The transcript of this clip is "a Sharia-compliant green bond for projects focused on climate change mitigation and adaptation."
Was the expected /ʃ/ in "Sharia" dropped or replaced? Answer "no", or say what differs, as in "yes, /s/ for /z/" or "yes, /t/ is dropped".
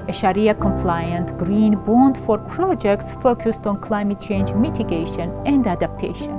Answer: no